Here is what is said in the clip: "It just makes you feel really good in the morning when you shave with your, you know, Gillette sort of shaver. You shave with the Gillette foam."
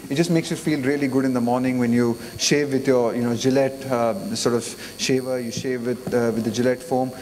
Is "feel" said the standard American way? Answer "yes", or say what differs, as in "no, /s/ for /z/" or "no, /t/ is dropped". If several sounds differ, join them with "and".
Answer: yes